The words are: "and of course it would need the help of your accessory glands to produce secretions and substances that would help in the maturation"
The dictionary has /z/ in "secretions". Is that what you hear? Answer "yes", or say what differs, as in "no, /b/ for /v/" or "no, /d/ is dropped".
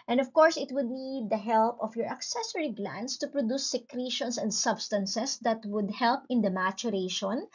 no, /s/ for /z/